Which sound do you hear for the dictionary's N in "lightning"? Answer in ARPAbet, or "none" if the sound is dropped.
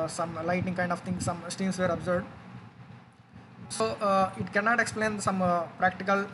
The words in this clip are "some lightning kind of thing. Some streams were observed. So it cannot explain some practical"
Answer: none